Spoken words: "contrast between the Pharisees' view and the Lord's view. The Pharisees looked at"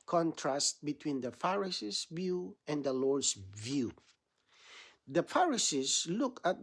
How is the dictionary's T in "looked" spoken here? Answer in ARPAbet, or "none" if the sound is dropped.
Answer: none